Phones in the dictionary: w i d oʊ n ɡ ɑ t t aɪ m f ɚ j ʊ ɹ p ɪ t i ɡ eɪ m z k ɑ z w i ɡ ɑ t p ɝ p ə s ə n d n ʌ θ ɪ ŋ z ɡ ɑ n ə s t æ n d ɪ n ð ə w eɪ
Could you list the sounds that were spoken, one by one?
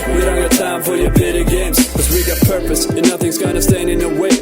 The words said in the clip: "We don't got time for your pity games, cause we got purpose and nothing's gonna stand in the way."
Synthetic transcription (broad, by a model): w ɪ d oʊ n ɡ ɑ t t aɪ m f ɚ j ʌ ɹ b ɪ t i ɡ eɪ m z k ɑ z w i ɡ ɑ t p ɝ p ə s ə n n ʌ θ ɪ ŋ z ɡ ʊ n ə s t æ n d ɪ n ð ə w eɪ